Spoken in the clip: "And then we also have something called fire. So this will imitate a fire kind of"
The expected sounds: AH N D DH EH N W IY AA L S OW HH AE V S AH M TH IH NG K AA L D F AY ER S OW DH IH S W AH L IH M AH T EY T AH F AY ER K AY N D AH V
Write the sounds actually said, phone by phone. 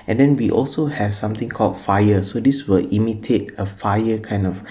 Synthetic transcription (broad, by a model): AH N D EH N W IY AA L S OW HH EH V S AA M T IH NG K AA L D F AY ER S OW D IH S W AH L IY M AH T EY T AH F AY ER K AY N D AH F